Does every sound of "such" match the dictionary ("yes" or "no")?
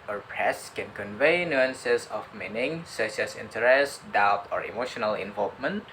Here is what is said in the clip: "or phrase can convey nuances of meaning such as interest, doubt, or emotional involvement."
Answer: no